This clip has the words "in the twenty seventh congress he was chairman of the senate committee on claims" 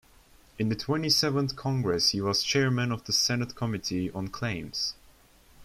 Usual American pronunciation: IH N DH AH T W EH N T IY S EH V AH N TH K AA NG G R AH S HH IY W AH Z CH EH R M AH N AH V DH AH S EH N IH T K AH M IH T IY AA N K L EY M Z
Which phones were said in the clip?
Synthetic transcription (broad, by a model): IH N DH AH T W EH N T IY S EH V AH N TH K AA NG G R AH S HH IY W AH Z CH EH R M AH N AH V DH AH S EH N IH T K AH M IH T IY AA N K L EY M Z